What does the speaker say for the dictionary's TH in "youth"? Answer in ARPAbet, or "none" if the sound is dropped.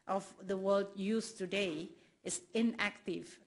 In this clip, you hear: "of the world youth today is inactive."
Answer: S